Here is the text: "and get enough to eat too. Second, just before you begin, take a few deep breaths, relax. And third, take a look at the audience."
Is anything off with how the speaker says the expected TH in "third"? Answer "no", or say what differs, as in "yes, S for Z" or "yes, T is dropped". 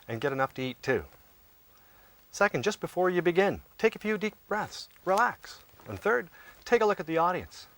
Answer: no